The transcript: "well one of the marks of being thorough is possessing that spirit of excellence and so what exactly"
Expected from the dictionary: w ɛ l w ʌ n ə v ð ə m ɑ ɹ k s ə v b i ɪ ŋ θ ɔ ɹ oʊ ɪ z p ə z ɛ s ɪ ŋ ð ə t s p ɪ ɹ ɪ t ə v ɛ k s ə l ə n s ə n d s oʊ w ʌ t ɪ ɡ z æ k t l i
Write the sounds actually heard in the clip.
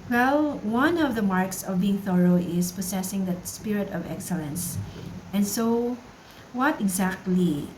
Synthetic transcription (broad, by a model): w ɛ l w ʌ n ə v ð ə m ɑ ɹ k s ə v b i ɪ ŋ θ ɔ ɹ oʊ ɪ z p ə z ɛ s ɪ ŋ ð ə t s p ɪ ɹ ɪ t ə v ɛ k s ə l ə n s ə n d s oʊ w ʌ t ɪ ɡ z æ k t l i